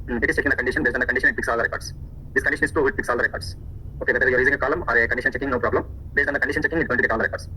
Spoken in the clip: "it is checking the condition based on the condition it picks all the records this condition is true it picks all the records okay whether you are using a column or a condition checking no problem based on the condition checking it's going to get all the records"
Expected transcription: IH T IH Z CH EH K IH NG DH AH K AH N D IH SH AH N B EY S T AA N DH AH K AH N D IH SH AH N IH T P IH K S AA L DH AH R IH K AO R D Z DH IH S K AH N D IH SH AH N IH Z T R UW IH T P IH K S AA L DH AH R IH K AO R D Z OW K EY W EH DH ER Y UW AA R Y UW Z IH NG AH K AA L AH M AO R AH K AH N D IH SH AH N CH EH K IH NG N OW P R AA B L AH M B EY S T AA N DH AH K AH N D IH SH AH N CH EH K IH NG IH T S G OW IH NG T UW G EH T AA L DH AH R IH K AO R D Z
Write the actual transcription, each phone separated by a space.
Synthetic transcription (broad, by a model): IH T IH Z CH EH K IH NG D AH K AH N D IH SH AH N B EY S T AA N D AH K AH N D IH SH AH N IH T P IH K S AA L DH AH R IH K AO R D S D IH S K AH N D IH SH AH N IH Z T UW IH T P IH K S AA L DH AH R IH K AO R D S OW K EY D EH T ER Y UW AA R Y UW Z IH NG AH K AA L AH M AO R AH K AH N D IH SH AH N CH EH K IH NG N OW P R AA B L AH M B EY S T AA N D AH K AH N D IH SH AH N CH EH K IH NG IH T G OW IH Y T UW G EH T AA L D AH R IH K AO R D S